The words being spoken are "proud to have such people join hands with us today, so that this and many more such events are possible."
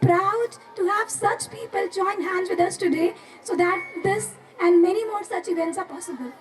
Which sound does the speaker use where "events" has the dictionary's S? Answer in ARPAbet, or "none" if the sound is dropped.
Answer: S